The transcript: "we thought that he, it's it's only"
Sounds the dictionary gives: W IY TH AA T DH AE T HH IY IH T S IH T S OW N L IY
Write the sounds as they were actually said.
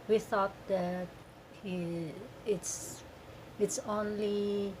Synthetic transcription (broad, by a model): W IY TH AA T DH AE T HH IY IH T S IH T S OW N L IY